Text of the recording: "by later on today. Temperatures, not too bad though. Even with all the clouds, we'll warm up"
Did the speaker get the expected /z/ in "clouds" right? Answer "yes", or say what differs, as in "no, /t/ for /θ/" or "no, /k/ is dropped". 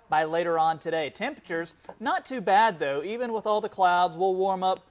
yes